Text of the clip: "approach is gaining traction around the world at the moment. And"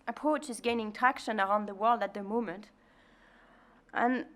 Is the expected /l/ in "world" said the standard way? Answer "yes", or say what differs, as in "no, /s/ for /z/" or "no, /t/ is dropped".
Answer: yes